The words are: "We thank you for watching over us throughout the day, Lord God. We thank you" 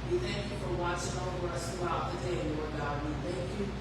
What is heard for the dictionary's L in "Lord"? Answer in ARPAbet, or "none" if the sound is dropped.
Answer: N